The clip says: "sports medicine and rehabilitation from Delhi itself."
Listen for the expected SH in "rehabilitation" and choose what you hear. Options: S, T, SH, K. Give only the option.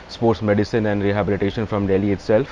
SH